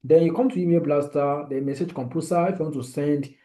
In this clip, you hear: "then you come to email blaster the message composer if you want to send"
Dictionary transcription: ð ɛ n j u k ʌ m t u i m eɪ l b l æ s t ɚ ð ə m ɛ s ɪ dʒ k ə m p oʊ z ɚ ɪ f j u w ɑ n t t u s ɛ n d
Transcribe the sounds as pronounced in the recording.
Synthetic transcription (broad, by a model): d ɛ n j u k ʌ m t u i m eɪ l b l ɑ s t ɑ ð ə m ɛ s ɪ dʒ k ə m p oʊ s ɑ ɪ f j u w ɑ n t t u s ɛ n d